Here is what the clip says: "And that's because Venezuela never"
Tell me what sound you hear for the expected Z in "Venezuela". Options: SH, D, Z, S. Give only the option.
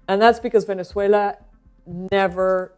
S